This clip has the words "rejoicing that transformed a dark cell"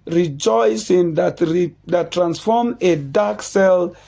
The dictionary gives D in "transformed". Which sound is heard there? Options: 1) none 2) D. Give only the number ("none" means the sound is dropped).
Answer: 1